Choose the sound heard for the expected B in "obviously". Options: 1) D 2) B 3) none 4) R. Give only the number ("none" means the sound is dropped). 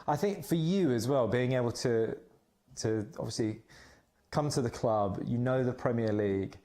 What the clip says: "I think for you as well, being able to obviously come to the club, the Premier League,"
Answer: 3